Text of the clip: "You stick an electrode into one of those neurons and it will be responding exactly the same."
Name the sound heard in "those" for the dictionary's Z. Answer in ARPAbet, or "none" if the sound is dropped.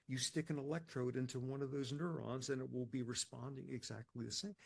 Z